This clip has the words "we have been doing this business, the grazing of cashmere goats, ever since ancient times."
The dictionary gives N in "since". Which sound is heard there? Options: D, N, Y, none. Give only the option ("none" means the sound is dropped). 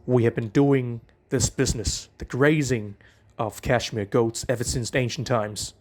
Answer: N